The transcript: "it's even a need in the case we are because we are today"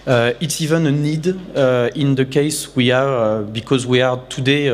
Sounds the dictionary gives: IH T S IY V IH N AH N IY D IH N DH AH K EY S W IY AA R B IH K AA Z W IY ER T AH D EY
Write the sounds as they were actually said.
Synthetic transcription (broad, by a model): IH T S IY V IH N AH N IY D IH N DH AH K EY S W IY AA R B IH K AA Z W IY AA T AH D EY